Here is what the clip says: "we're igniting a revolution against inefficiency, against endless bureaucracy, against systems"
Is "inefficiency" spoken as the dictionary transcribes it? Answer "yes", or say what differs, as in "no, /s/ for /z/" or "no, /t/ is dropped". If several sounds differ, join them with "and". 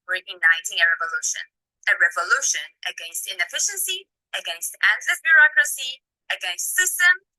yes